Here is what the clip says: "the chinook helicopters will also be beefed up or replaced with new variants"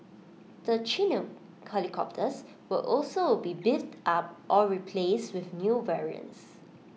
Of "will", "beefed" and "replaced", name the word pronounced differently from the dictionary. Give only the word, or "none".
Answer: beefed